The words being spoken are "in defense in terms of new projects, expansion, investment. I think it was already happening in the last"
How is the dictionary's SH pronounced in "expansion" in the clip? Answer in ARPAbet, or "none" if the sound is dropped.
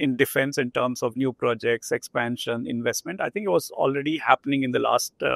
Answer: SH